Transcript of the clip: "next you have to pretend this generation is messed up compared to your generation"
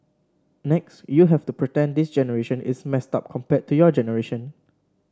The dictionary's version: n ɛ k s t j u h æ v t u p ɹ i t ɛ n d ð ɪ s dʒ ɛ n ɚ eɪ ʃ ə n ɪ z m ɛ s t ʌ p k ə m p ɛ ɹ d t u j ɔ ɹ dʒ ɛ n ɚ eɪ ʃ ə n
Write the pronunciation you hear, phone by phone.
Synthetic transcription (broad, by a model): n ɛ k s t j u h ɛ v t u p ɹ i t ɛ n d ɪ s dʒ ɛ n ɚ eɪ ʃ ə n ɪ s m ɛ s t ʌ p k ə m p ɛ t u j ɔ dʒ ɛ n ɚ eɪ ʃ ə n